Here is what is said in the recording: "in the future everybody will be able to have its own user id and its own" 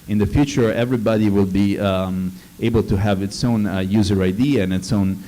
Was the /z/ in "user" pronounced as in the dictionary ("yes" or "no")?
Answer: yes